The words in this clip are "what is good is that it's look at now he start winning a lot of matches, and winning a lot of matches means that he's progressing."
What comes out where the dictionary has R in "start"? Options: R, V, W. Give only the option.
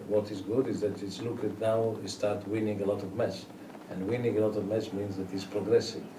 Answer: R